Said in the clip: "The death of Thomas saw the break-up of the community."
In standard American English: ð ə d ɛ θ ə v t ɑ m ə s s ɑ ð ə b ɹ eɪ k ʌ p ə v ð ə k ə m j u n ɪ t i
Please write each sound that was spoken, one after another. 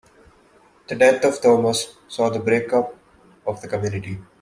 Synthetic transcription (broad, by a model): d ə d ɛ t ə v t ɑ m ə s s ɑ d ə b ɹ eɪ k ʌ p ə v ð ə k ə m j u n ɪ t i